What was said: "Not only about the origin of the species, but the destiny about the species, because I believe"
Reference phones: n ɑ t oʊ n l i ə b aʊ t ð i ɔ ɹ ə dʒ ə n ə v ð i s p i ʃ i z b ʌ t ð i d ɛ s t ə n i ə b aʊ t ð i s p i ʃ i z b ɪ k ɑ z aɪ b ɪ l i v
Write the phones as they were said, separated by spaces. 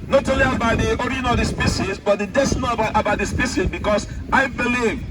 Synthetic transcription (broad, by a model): n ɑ t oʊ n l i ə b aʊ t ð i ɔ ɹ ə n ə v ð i s p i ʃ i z b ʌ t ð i d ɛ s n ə i ə b aʊ t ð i s p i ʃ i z b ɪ k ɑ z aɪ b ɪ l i